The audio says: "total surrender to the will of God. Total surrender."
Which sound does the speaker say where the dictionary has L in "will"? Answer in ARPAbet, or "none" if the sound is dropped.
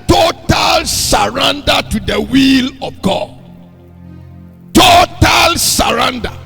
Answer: L